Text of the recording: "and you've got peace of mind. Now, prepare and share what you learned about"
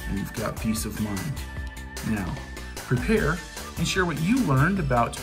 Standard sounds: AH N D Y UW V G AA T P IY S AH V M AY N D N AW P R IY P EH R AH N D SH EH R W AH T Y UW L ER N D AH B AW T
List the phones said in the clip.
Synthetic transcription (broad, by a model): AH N Y UW V G AA T P IY S AH V M AY N D N AW P R IY P EH R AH N SH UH R W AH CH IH L ER N D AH B AW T